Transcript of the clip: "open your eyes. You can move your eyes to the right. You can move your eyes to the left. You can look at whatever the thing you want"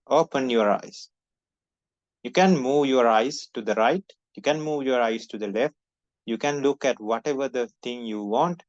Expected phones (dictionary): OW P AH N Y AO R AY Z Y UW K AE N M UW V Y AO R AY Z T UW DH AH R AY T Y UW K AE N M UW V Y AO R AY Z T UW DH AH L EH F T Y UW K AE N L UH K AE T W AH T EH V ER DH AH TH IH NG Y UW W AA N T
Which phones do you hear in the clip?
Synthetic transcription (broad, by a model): OW P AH N Y AO R AY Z Y UW K AE N M UW V Y AO R AY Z T UW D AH R AY T Y UW K AE N M UW V Y AO R AY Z T UW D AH L EH F T Y UW K AE N L UH K AE T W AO T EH V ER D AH T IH NG Y UW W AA N T